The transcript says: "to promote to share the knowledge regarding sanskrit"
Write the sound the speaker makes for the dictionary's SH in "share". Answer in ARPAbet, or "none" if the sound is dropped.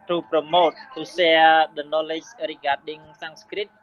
S